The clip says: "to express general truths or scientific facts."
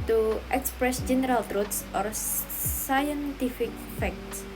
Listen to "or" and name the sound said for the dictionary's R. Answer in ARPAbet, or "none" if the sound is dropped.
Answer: R